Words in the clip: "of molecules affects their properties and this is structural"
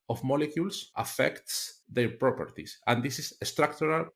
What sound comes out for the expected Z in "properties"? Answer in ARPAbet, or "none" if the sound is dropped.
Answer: S